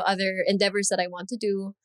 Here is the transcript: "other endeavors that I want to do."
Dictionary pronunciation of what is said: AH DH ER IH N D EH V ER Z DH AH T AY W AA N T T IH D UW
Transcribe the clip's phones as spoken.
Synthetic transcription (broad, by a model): AH DH ER IH N D EH V ER Z DH AH T AY W AA N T T IH D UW